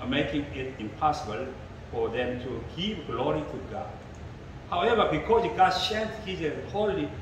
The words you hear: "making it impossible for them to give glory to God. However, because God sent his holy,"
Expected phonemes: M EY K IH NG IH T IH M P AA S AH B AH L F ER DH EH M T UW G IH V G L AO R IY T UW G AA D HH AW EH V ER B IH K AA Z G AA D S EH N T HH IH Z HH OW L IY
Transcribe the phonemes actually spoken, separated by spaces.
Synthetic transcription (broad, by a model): M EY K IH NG IH T IH M P AA S AH B AH L F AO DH EH M T UW G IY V G L AO R IY T UW G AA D HH AW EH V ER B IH K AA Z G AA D SH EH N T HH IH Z HH OW L IY